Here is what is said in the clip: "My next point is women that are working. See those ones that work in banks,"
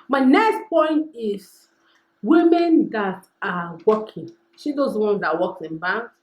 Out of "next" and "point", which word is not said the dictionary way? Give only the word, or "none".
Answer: none